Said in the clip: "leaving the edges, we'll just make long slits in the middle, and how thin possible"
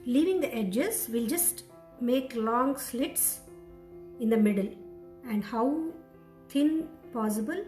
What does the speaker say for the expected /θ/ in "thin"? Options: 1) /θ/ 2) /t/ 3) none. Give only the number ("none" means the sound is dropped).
2